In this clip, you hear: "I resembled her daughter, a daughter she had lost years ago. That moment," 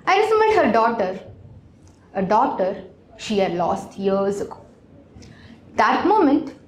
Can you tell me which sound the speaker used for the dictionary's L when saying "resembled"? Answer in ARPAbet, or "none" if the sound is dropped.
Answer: none